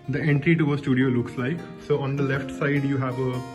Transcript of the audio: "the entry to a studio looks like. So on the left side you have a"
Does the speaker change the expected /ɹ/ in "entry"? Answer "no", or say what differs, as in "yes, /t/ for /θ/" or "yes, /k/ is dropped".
no